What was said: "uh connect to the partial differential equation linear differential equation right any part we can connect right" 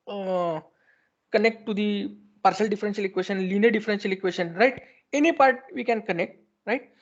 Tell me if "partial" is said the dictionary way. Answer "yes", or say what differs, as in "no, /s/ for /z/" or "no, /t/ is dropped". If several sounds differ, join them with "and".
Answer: no, /s/ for /ʃ/